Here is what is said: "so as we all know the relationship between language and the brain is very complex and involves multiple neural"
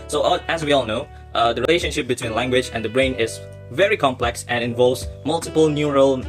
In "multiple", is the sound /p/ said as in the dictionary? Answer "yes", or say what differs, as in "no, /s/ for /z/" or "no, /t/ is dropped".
yes